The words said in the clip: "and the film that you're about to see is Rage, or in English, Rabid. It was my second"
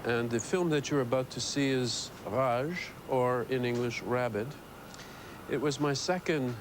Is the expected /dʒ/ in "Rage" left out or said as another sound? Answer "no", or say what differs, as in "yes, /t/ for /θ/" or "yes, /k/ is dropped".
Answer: yes, /ʒ/ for /dʒ/